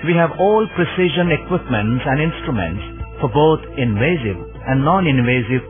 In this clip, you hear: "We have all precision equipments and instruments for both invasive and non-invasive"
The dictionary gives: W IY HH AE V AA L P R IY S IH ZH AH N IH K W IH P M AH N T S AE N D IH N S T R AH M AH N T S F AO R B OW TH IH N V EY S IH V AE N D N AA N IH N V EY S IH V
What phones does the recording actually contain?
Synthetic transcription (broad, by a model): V IY HH AE V AA L P R IY S IH ZH AH N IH K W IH P M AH N T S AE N D IH N S T R AH M AH N T S F AO R B OW T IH N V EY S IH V AE N D N AA N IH N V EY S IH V